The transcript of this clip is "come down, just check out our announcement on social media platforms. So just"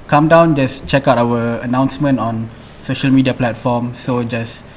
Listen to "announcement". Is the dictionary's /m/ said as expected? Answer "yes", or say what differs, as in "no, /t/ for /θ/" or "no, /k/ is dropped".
yes